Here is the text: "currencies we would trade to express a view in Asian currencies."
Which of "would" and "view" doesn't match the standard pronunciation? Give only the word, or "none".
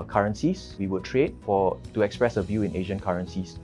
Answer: none